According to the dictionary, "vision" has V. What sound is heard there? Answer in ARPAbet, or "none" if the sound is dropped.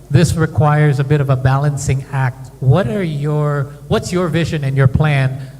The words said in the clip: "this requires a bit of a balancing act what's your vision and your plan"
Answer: V